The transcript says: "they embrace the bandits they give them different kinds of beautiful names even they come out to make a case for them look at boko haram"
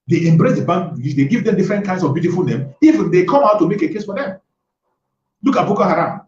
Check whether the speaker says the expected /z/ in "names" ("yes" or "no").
no